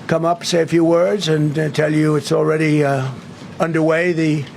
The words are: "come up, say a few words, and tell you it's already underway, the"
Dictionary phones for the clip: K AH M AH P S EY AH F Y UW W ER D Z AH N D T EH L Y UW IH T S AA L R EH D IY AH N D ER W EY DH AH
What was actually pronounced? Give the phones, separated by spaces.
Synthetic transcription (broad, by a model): K AH M AH P S EY AH F Y UW W ER D Z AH N T EH L Y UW IH T S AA L R EH D IY AH N D ER W EY DH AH